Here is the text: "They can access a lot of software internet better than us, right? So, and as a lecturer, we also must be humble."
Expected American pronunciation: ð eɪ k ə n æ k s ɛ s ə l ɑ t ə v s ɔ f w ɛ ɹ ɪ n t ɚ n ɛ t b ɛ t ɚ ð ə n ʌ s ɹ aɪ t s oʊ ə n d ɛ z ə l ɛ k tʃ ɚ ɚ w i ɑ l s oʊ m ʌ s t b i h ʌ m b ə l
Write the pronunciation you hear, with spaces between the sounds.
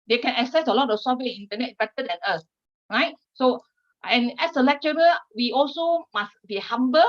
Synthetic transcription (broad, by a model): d eɪ k ə n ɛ k s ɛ s ə l ɑ t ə f s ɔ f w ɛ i n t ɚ n ɛ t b ɛ t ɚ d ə n ʌ s ɹ aɪ t s oʊ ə n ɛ s ə l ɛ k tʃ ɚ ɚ w i ɑ l s oʊ m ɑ s b i h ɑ m b ə